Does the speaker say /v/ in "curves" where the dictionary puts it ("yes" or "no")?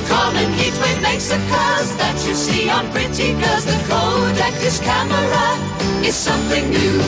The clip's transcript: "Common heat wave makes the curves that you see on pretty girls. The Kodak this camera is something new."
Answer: no